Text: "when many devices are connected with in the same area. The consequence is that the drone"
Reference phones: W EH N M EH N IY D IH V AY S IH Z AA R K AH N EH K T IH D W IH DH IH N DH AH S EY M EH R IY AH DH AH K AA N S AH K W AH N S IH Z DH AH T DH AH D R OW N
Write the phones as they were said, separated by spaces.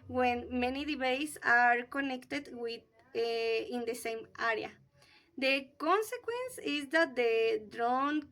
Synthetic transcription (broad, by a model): W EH N M EH N IY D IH B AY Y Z AA R K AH N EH K T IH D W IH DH IH N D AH S EY M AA R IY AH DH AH K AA N S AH K W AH N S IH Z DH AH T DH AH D R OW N